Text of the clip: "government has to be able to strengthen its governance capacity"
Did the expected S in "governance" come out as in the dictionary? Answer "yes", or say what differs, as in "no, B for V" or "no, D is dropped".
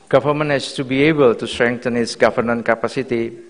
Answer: no, S is dropped